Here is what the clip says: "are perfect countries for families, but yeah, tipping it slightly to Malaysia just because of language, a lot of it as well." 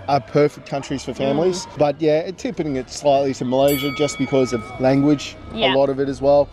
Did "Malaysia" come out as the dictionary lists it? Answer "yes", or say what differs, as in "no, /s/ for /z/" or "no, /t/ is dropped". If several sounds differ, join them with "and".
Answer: yes